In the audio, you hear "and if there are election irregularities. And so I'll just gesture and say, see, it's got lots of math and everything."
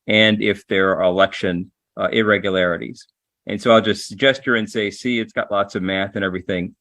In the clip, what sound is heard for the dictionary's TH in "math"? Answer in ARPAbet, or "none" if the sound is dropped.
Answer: TH